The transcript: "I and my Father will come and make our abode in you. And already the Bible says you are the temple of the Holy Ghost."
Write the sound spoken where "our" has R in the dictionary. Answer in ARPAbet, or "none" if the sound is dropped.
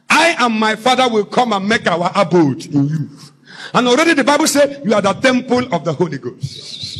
W